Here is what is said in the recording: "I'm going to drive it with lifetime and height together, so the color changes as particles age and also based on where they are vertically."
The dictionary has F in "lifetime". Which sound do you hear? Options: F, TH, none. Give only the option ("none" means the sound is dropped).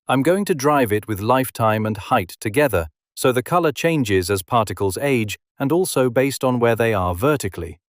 F